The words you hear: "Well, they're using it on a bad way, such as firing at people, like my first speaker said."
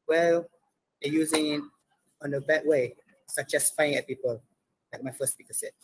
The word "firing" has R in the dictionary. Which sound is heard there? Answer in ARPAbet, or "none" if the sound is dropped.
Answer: none